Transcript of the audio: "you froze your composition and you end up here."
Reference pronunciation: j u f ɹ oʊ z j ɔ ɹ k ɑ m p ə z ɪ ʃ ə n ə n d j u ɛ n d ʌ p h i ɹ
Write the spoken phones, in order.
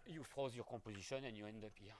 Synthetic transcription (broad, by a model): j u f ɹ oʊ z j ɔ ɹ k ɑ p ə z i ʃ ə n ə n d j u ɛ n d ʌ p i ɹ